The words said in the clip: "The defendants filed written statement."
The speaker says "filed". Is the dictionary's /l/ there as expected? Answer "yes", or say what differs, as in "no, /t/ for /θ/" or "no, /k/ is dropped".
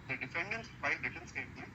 no, /l/ is dropped